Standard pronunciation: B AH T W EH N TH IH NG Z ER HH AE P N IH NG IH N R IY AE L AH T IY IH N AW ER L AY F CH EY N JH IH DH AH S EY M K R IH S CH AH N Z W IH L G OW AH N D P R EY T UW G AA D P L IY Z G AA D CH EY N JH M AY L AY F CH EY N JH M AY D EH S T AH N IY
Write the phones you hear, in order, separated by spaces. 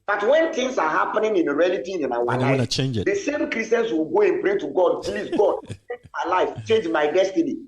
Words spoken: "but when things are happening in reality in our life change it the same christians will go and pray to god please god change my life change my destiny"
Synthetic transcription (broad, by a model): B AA T W EH N T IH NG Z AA HH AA P N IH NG IH N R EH L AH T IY IH N AW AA L AY F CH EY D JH IH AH S EY M K R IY S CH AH N S W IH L G OW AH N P R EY T UW G AA D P L IY S G AA D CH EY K M AY L AY F CH EY N JH M AY D EH S T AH N IY